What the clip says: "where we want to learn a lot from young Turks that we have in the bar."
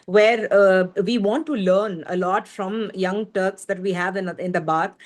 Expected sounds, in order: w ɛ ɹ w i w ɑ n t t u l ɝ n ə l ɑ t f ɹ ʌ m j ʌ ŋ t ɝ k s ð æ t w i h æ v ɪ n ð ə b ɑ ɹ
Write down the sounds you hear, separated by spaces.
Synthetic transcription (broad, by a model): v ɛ ɹ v i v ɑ n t t u l ɝ n ə l ɑ t f ɹ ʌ m j ʌ ŋ t ɝ k s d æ t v i h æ v ɪ n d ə b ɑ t